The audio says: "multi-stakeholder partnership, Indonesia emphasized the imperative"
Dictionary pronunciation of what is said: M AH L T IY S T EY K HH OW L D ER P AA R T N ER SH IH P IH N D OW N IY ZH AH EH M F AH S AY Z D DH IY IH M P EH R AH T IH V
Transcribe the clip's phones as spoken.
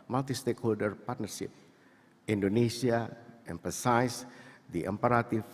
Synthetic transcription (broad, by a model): M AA L T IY S T EY K HH OW L D ER P AA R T N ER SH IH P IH N D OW N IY S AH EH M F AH S AY S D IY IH M P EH R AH T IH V